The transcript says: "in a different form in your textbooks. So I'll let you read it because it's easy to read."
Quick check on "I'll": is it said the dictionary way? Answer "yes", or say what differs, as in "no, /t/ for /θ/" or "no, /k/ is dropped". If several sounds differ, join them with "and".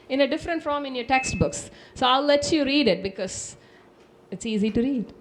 yes